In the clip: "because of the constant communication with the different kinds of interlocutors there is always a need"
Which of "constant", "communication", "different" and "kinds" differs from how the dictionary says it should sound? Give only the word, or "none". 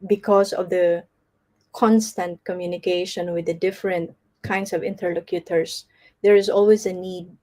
kinds